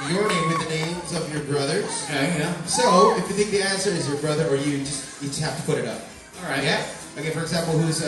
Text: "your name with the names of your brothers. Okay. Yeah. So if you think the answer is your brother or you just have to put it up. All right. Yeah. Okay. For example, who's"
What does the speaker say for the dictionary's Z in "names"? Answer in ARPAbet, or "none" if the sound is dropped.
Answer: Z